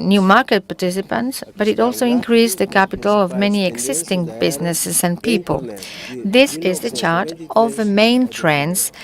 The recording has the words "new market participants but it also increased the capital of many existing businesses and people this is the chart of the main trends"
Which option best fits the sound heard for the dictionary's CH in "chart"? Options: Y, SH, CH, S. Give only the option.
CH